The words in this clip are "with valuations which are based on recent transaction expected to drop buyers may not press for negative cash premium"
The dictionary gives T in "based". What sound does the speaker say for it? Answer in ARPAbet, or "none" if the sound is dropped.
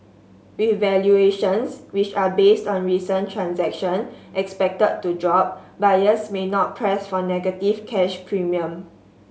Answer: T